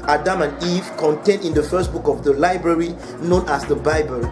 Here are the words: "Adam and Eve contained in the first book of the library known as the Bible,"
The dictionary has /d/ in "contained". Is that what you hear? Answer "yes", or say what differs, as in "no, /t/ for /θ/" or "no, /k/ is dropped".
yes